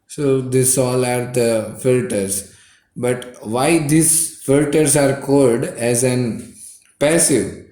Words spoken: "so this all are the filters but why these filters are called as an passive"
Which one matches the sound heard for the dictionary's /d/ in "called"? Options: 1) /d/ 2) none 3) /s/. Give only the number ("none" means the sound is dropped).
1